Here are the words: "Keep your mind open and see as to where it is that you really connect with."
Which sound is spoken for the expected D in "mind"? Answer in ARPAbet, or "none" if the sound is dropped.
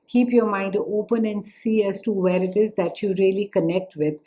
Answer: D